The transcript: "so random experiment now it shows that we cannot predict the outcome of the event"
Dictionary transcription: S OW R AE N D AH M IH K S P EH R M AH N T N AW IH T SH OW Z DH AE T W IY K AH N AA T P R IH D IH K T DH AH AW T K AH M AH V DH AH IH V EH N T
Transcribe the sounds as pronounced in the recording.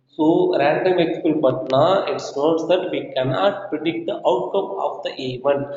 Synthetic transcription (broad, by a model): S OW R AE N D AH M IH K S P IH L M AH T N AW IH T S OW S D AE T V IY K AH N AA T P R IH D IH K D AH AW T K AH M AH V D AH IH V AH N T